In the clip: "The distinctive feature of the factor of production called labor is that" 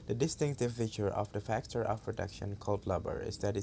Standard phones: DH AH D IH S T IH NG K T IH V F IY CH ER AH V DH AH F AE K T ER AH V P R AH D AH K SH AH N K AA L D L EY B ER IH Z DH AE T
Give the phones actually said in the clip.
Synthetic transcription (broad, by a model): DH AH D IH S T IH NG K T IH V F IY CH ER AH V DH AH F AE K T ER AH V P R AH D AH K SH AH N K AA L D L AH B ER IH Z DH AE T